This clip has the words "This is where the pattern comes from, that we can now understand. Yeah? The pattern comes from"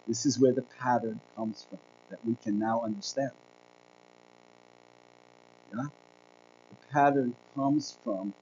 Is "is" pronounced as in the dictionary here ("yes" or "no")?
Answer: yes